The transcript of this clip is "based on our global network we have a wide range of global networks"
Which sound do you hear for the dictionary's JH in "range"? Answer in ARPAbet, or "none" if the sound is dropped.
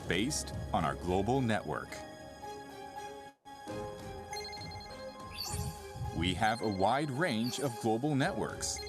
JH